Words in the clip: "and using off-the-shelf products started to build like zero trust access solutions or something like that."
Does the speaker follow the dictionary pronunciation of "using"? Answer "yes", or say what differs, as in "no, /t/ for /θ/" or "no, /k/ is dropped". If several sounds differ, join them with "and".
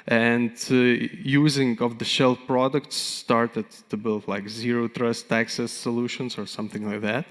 yes